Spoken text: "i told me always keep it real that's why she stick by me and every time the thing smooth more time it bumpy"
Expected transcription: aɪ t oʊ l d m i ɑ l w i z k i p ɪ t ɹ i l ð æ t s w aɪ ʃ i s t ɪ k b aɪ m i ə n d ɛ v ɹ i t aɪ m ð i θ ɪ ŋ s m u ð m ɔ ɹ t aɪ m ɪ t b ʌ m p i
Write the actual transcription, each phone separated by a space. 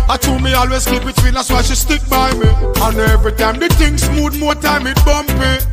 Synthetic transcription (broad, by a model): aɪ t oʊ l m i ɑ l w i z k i b ɪ t w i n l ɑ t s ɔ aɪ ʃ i s t ɪ k b aɪ m i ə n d ɛ v ɹ i t aɪ m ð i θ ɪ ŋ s m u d m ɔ t aɪ m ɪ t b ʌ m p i